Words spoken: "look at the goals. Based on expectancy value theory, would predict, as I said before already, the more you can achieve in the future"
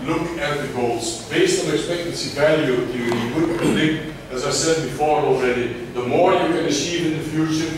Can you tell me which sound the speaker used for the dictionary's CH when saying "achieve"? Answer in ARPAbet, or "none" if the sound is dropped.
S